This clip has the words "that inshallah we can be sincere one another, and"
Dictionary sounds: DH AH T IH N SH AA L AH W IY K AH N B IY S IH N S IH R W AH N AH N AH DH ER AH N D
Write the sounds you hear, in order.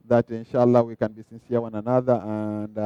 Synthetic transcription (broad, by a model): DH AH T IH N SH AA L AH W IY K AH N B IY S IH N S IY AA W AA N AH N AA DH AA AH N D